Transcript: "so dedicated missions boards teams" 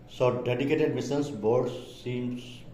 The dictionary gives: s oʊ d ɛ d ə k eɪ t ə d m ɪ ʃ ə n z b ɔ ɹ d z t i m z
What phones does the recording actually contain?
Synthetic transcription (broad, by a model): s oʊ d ɛ d ə k eɪ t ə d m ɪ s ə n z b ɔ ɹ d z i m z